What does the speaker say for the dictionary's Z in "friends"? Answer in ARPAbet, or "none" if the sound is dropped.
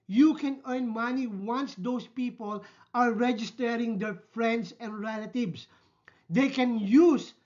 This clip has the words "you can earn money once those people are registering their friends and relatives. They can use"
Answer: S